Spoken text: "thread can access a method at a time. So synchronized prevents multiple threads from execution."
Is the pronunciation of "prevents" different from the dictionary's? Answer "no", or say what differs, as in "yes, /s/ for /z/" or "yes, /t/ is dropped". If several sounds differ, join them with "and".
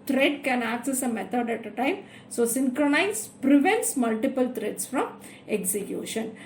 no